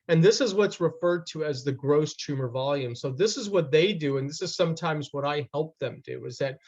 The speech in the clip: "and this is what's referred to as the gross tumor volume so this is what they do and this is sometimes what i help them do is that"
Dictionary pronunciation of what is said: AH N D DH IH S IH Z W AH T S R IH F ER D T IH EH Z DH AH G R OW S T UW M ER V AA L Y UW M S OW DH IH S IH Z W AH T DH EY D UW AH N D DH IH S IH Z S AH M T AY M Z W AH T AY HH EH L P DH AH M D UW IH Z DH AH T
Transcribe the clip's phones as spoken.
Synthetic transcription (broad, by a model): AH N DH IH S IH Z W AH T S R IH F ER D T IH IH Z DH AH G R OW S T UW M ER V AA L Y UW M S OW DH IH S IH Z W AH T DH EY D UW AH N DH IH S IH Z S AH M T AY M Z W AH T AY HH EH L P DH AH M D UW IH Z DH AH T